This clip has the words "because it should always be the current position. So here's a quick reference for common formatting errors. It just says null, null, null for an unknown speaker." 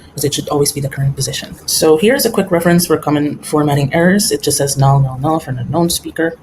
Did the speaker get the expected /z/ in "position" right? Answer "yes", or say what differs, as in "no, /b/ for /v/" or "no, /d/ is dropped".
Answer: yes